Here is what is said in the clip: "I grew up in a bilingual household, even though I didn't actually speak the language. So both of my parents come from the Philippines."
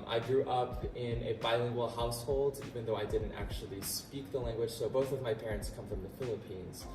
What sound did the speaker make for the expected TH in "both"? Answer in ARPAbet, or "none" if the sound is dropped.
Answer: TH